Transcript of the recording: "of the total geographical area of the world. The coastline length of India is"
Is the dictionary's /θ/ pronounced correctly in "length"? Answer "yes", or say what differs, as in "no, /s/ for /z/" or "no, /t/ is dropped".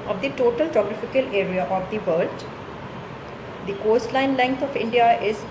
no, /t/ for /θ/